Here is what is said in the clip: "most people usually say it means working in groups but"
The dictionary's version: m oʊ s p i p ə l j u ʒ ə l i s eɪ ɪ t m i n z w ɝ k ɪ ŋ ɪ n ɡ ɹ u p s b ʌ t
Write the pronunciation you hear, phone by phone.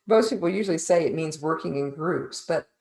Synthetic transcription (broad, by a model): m oʊ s p i p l j u ʒ l i s eɪ ɪ t m i n z w ɝ k ɪ ŋ ɪ n ɡ ɹ u p s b ʌ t